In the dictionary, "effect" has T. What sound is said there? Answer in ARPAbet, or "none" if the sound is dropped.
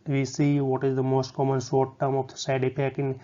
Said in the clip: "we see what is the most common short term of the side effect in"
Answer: none